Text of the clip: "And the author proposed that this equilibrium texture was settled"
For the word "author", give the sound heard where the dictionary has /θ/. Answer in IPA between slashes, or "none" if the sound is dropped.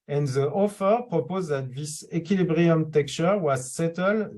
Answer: /f/